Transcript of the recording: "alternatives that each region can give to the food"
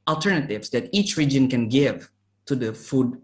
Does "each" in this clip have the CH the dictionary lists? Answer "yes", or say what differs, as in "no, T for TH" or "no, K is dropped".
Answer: yes